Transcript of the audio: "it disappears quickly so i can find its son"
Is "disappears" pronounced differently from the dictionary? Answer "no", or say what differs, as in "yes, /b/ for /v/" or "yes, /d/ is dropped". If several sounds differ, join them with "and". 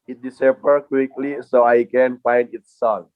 yes, /z/ is dropped